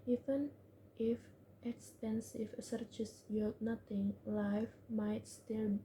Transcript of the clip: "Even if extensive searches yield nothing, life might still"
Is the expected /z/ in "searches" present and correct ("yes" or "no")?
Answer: no